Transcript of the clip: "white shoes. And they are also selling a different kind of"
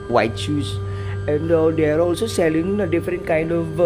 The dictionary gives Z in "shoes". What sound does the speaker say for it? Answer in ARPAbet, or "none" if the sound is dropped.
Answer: S